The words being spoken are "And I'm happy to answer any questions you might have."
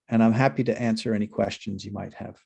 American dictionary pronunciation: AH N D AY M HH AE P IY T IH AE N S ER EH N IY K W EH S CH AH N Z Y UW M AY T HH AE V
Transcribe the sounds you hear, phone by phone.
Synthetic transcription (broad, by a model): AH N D AY M HH AE P IY T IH AE N S ER EH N IY K W EH S CH AH N Z Y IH M AY T HH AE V